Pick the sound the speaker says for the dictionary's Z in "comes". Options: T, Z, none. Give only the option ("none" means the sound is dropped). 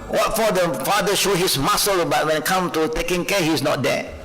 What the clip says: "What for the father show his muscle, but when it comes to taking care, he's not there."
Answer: none